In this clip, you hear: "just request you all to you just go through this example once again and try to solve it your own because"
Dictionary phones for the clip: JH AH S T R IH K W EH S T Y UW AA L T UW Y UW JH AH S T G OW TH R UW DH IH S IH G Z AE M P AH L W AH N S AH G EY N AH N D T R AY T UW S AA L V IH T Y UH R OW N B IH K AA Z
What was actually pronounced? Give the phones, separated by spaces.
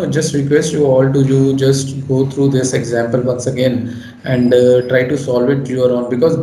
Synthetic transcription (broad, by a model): JH AH S T R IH K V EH S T Y UW AA L T UW Y UW JH AH S T G OW T R UW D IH S IH G Z AE M P AH L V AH N S AH G EY N AH N D T R AY T UW S AA L V IH T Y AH R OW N B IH K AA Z